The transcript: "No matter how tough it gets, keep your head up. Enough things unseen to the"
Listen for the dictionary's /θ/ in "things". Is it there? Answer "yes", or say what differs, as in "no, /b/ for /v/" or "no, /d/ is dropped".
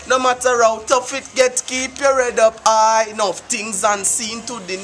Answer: no, /t/ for /θ/